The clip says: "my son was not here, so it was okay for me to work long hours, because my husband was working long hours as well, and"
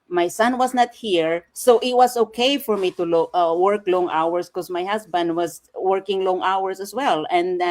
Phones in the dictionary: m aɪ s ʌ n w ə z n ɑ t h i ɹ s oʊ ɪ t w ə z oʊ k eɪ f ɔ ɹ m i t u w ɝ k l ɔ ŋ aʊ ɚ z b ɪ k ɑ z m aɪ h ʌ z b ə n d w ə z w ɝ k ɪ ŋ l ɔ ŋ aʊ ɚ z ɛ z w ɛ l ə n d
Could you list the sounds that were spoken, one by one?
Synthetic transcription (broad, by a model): m aɪ s ʌ n w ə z n ɑ t h i ɹ s oʊ ɪ t w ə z oʊ k eɪ f ɔ ɹ m i t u w ɝ k l ɔ ŋ aʊ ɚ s k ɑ s m aɪ h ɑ s b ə n d w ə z w ɝ k ɪ ŋ l ɔ ŋ aʊ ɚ s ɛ s w ɛ l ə n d